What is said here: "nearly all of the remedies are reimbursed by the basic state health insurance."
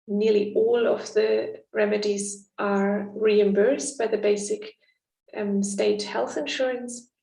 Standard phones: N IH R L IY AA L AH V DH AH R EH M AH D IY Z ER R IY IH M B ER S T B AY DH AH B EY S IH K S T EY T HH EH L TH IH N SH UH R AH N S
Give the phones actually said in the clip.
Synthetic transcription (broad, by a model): N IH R L IY AA L AH V DH AH R EH M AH D IY Z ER R IY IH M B ER S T B AY DH AH B EY S IH K S T EY T HH EH L TH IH N SH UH R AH N S